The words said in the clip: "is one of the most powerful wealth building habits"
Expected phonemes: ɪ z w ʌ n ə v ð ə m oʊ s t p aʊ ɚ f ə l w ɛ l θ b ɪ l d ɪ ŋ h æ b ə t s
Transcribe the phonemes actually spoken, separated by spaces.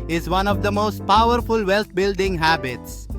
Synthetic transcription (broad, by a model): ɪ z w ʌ n ə v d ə m oʊ s t p aʊ ɚ f ə l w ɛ l t b ɪ l d ɪ ŋ h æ b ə t s